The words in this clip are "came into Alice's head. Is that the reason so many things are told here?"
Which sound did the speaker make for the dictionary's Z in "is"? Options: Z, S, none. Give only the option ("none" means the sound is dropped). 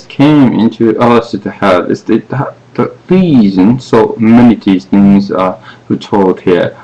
S